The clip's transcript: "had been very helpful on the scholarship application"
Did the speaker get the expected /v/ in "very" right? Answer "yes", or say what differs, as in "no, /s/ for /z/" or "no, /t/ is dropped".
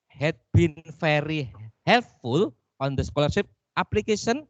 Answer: no, /f/ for /v/